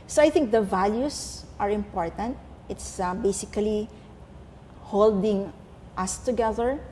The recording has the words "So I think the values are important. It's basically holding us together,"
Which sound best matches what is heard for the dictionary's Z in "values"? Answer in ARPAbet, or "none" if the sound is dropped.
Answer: S